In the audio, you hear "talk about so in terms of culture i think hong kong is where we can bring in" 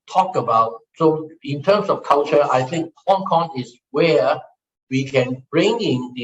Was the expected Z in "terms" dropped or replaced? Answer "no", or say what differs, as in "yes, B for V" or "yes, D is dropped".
yes, S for Z